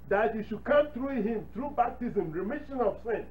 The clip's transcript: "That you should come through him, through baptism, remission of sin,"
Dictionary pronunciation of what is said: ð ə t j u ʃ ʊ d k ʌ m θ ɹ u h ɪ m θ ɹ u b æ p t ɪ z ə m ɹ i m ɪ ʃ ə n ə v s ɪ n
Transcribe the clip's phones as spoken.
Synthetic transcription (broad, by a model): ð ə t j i ʃ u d k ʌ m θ ɹ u h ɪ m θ ɹ u b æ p t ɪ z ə m ɹ i m ɪ ʃ ə n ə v s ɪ n